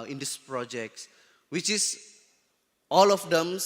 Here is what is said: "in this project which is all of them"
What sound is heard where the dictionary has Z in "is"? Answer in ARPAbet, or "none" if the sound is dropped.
S